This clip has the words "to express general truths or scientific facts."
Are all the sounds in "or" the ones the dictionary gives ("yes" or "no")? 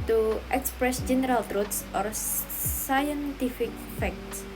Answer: yes